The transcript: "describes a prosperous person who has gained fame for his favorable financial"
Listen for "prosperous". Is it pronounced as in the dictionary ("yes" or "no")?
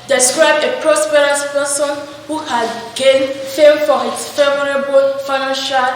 yes